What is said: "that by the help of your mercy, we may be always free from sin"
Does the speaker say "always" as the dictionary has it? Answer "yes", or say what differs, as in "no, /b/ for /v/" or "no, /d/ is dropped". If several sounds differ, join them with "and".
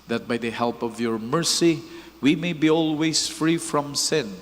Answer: no, /s/ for /z/